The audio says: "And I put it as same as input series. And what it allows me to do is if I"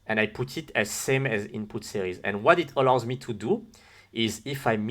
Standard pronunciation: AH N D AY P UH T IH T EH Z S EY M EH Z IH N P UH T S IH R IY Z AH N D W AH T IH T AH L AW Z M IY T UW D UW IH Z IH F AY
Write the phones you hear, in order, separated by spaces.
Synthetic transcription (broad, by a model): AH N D AY P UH T IH T EH Z S EY M EH Z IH N P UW T S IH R IY Z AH N W AH T IH T AH L AW Z M IY T UW D UW IH Z IH F AY